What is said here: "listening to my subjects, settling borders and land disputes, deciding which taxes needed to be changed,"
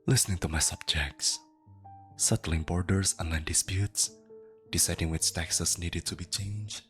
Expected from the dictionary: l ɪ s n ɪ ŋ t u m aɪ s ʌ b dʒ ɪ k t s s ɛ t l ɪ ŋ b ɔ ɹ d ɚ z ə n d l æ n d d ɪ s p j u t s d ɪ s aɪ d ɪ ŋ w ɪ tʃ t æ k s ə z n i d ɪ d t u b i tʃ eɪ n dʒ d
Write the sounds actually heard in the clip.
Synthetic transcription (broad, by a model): l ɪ s n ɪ ŋ t u m aɪ s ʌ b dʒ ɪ k t s s ɛ t l ɪ ŋ b ɔ ɹ d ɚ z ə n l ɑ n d d ɪ s p j u t s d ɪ s aɪ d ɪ ŋ w ɪ tʃ t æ k s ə s n i d ɪ d t u b i tʃ eɪ n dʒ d